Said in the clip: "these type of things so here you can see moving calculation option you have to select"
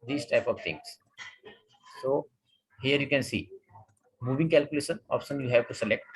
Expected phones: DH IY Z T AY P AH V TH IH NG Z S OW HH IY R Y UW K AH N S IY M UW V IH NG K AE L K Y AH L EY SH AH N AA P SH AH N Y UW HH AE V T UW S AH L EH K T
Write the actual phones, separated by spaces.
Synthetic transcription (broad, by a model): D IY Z T AY P AH V T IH NG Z S OW HH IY R Y UW K AH N S IY M UW V IH NG K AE L K Y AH L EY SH AH N AA P SH AH N Y UW HH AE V T UW S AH L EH K T